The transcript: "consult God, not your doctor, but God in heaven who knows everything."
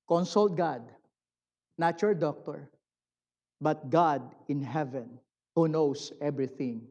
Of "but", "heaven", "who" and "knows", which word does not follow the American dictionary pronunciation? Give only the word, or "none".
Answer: knows